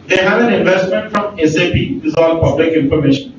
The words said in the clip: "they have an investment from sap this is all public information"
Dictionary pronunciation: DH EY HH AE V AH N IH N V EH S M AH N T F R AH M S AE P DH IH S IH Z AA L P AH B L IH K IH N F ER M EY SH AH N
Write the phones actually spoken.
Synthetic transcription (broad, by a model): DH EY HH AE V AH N IH N V EH S M AH N T F R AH M S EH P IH IH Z AA L P AH B L IH K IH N F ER M EY SH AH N